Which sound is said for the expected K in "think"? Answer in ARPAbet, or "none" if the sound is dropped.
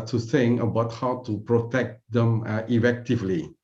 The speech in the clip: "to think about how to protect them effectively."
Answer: none